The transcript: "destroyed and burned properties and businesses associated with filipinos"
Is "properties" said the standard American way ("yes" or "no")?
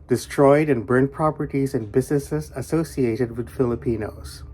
yes